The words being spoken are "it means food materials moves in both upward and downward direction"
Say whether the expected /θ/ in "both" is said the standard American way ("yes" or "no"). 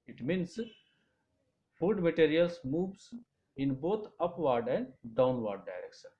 no